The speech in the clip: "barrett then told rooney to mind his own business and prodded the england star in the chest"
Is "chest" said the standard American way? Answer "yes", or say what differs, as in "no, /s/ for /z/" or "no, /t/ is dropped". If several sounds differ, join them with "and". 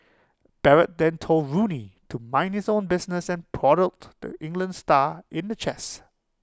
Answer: no, /t/ is dropped